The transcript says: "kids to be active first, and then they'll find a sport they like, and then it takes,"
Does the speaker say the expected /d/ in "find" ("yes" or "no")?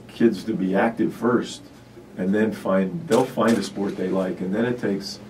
yes